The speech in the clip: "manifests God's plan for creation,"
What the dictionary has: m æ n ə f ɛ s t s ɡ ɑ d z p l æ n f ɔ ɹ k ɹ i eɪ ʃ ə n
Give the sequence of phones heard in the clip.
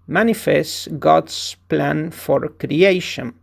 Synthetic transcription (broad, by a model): m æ n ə f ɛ s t ɡ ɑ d s p l æ n f ɔ ɹ k ɹ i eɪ ʃ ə n